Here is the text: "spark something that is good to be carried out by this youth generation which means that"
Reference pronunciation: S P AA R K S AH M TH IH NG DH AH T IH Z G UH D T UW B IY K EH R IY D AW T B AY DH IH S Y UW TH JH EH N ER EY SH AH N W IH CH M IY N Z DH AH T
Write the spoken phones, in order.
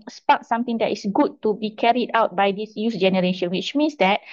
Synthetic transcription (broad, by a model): S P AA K S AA M T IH NG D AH T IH S G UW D T UW B IY K EH R IY D AW T B AY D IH S Y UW S JH EH N ER EY SH AH N W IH CH M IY N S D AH T